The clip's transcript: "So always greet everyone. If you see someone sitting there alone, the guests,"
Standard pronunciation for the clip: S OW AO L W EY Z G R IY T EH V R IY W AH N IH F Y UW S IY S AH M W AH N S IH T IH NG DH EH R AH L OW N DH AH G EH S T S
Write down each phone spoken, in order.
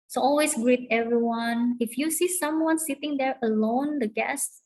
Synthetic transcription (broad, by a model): S OW AO L W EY S G R IY T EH V R IY W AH N IH F Y UW S IY S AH M W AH N S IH T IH NG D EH R AH L OW N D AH G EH S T